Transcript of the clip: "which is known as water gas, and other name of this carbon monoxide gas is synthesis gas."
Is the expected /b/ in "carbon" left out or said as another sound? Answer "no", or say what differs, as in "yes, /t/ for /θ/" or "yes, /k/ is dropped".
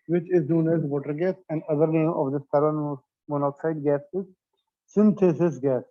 yes, /b/ is dropped